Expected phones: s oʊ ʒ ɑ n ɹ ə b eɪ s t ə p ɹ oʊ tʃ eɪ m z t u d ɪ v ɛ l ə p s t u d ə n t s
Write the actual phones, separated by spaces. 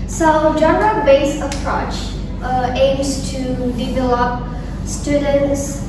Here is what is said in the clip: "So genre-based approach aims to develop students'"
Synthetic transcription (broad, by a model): s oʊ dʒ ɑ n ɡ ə b eɪ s ə p ɹ oʊ tʃ eɪ m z t u d ɪ v ɛ l ə p s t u d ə n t s